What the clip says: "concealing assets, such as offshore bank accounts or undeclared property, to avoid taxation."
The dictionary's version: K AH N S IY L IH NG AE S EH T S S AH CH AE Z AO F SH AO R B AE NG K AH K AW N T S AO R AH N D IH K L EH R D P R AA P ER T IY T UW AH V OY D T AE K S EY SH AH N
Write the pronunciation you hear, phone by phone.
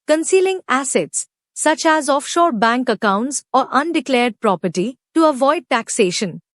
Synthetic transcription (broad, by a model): K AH N S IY L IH NG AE S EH T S S AH CH AE Z AO F SH AO R B AE NG K AH K AW N T S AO R AH N D IH K L EH R D P R AA P ER T IY T UW AH V OY D T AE K S EY SH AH N